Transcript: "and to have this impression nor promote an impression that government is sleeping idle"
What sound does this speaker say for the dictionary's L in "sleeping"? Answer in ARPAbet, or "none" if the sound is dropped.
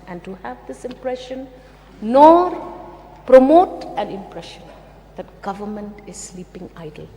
L